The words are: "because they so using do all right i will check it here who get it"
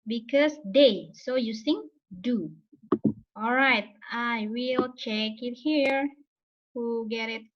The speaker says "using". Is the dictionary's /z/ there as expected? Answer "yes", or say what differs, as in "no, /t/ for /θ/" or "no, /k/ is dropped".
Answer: no, /s/ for /z/